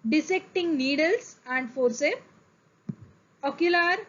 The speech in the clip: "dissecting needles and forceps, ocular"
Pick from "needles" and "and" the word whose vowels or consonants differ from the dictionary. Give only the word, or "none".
needles